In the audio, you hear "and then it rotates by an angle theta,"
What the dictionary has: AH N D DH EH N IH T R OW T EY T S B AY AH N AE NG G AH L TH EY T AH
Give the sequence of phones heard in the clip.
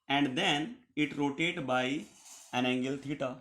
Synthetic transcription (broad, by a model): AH N D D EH N IH T R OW T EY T B AY AH N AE NG G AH L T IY T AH